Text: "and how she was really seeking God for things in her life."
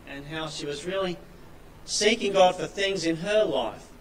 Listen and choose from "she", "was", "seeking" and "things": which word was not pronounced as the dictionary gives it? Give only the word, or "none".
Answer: none